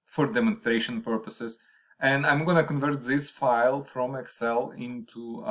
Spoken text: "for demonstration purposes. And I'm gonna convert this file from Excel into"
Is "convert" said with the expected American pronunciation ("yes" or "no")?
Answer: yes